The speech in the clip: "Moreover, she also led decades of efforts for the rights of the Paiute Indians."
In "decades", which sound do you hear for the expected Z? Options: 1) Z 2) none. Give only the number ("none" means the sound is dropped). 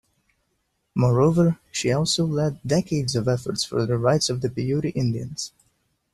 1